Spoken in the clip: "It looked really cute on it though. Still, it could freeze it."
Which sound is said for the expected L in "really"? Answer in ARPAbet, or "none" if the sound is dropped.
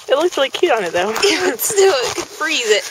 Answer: none